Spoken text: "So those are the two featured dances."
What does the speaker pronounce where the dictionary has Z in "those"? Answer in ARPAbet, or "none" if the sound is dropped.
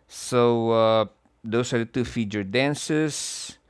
S